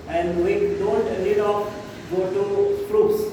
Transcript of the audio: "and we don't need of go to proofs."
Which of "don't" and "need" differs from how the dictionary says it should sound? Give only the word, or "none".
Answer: need